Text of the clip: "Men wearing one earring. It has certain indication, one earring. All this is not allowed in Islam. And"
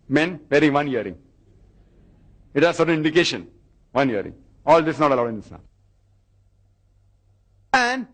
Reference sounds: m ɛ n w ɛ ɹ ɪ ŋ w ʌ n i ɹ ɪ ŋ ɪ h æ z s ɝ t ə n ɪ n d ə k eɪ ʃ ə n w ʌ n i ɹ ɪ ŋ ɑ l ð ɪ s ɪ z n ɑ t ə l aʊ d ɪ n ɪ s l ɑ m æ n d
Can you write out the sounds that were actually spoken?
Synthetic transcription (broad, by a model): m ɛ n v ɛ ɹ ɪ ŋ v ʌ n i ɹ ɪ ŋ ɪ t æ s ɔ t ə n ɪ n d ə k eɪ ʃ ə n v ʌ n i ɹ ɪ ŋ ɑ l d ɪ s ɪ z n ɑ t ə l aʊ d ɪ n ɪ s n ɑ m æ n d